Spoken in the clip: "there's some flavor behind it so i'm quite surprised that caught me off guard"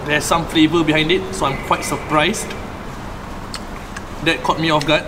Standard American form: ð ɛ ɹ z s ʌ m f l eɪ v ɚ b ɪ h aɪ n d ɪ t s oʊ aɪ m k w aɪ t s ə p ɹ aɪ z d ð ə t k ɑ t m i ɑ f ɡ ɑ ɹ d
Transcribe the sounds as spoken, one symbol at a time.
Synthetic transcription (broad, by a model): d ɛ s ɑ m f l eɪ v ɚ b ɪ h aɪ n d ɪ t s oʊ aɪ m k w aɪ t s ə p ɹ aɪ s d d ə t k ɑ t m i ɑ f ɡ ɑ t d